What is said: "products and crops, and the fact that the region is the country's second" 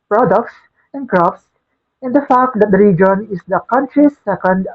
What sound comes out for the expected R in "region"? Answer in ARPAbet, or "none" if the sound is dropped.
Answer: R